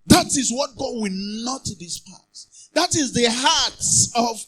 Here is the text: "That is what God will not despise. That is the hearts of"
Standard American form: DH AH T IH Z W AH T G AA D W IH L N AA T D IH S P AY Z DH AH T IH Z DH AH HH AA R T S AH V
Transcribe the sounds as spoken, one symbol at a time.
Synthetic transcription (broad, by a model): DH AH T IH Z W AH T G AA D W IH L N AA T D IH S P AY S DH AH T IH Z DH AH HH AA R T S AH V